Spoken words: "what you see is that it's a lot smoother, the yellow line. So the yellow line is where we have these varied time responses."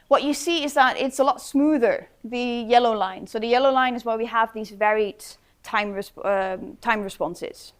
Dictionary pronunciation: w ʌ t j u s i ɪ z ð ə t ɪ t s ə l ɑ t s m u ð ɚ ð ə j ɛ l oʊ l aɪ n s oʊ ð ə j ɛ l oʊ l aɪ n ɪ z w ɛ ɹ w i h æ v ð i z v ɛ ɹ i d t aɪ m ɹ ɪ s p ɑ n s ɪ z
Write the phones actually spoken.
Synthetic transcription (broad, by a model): w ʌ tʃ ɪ s i ɪ z ð ə t ɪ t s ə l ɑ t s m u ð ɚ ð ə j ɛ l oʊ l aɪ n s oʊ ð ə j ɛ l oʊ l aɪ n ɪ z w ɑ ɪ w i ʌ v ð i z v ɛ ɹ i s t aɪ m ɹ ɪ s p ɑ n s ɪ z